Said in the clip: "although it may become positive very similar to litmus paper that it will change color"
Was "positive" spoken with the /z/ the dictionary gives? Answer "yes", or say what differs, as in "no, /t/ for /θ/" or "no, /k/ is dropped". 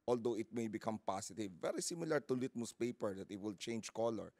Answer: no, /s/ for /z/